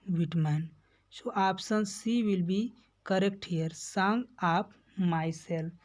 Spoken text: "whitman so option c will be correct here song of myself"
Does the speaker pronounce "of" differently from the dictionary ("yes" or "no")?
yes